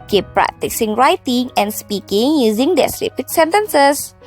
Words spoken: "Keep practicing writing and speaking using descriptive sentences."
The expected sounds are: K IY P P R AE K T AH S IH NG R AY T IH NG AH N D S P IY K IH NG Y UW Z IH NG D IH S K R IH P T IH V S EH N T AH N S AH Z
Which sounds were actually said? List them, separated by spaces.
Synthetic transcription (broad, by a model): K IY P P R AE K T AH S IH NG R AY T IH NG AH N S P IY K IH NG Y UW Z IH NG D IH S R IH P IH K S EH N T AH N S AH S